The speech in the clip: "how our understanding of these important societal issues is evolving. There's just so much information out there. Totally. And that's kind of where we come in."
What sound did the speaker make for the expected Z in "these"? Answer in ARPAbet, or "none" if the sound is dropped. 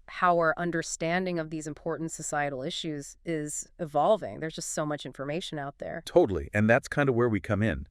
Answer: Z